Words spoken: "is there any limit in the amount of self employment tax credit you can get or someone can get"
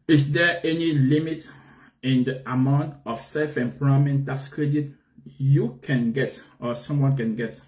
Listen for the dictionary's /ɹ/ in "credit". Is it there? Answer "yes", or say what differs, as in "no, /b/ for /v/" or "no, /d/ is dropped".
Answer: yes